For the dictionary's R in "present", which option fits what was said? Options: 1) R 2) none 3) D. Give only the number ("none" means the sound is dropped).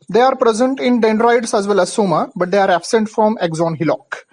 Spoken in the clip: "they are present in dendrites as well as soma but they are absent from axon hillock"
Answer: 1